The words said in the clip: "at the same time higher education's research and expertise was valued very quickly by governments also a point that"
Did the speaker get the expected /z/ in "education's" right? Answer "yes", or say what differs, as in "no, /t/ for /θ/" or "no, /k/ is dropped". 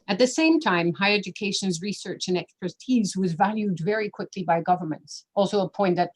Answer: yes